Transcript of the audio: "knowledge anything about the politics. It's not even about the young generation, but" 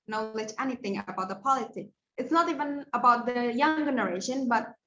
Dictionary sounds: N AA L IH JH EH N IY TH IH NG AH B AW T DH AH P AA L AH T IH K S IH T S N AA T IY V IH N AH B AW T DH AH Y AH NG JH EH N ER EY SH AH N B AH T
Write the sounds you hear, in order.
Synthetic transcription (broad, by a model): N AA L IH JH EH N IY TH IH NG AH B AW T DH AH P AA L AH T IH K IH T S N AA T IY V IH N AH B AW T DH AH Y AH NG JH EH N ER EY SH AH N B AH T